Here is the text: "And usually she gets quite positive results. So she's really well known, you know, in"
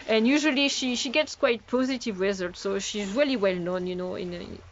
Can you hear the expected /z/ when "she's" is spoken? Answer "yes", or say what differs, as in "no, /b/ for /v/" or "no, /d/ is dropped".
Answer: yes